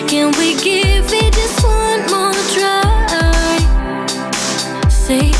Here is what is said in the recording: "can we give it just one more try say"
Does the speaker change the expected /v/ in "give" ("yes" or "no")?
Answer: no